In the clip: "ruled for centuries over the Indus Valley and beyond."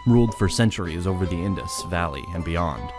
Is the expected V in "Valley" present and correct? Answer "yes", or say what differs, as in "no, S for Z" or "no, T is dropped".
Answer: yes